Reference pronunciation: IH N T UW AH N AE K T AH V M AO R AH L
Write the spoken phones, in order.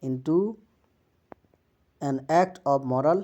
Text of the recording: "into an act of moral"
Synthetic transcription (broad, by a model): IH N T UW AH N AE K T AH B M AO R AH L